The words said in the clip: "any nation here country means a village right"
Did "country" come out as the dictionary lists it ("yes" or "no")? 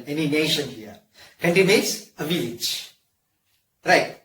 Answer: no